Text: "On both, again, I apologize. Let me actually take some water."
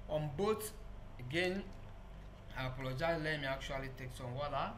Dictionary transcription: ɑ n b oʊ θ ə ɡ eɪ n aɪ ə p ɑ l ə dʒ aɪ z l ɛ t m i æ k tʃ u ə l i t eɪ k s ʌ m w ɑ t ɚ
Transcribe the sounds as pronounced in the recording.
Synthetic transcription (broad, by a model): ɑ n b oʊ t ə ɡ eɪ n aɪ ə p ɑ l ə dʒ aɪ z l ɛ m i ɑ k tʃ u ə l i t eɪ k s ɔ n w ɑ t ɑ